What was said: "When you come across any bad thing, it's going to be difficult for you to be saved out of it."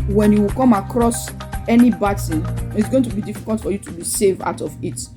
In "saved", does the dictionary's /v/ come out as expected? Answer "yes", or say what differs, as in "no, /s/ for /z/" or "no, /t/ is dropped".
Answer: yes